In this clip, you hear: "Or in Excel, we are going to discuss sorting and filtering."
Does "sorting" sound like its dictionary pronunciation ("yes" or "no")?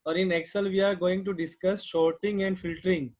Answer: no